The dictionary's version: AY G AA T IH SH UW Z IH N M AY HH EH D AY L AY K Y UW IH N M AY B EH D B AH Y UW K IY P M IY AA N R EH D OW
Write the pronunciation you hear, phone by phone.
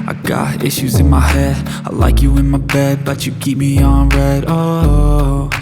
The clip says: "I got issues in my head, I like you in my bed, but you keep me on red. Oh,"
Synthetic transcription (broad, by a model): AY G AA T IH SH UW Z IH N M AY HH EH D AY L AY K Y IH IH N M AY B EH D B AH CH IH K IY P M IY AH N R EH D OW